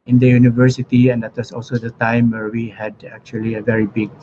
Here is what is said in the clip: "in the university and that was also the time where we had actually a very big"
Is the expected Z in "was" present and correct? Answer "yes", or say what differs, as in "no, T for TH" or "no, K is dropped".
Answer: no, S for Z